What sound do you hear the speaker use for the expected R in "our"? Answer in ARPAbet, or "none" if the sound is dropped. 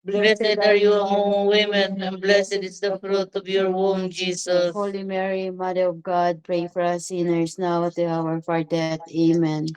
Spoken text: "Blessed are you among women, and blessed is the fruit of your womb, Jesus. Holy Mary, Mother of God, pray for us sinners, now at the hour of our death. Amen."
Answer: R